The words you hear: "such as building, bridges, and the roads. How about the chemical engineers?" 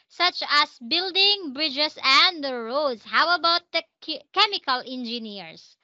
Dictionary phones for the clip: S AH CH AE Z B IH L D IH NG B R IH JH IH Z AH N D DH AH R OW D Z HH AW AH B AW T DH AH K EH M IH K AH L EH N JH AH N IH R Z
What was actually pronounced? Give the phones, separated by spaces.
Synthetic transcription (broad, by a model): S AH CH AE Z B IH L D IH NG B R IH JH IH S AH N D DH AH R OW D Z HH AW AH B AW T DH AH K EH M IH K AH L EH N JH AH N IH R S